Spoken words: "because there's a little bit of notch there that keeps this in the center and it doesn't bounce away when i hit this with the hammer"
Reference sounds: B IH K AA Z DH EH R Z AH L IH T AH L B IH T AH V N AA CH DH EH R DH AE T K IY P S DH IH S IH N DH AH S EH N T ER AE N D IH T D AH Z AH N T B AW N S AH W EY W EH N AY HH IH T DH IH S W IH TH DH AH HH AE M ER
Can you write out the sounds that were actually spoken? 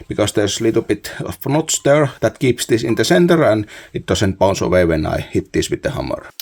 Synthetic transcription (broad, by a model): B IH K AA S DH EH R S AH L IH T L B IH T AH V N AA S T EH R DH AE T K IY P S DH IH S IH N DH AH S EH N T ER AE N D IH T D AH S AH N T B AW N S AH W EY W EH N AY HH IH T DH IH S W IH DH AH HH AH M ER